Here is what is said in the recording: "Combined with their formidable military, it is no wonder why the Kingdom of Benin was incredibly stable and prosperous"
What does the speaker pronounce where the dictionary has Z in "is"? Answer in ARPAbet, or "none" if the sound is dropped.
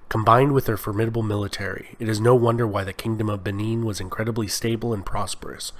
Z